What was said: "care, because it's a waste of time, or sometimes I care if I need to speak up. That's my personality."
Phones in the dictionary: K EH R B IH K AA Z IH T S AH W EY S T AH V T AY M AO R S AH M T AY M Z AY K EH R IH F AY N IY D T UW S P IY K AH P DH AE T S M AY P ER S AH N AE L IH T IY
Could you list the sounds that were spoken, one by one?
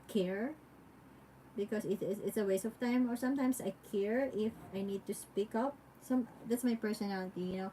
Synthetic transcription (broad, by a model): K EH R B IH K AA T IH T S AH W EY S AH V T AY M AO R S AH M T AY M S AY K EH R IH F AY N IY D T UW S P IY K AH P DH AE T S M AY P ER S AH N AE L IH T IY